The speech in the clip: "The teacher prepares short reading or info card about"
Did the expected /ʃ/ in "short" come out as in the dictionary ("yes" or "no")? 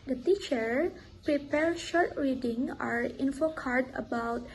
yes